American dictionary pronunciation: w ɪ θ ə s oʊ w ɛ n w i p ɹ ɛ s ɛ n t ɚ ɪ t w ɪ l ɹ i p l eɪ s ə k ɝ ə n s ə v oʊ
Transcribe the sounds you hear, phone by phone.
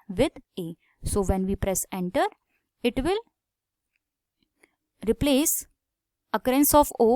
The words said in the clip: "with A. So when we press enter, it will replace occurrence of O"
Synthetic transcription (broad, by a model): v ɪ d ə s oʊ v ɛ n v i p ɹ ɛ s ɛ n t ɚ ɪ t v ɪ l ɹ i p l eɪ s ə k ɝ ə n s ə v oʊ